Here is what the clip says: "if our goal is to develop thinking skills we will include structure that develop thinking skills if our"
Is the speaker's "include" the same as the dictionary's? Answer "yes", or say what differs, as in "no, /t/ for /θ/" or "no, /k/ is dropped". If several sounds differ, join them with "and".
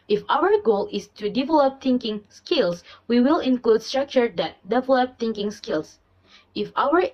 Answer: yes